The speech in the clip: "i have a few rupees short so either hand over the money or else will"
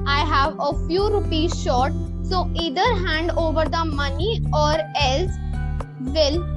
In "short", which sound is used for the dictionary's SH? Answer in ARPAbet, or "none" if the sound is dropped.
SH